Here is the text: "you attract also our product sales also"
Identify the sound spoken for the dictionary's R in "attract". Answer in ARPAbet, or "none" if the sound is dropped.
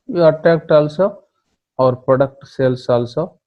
none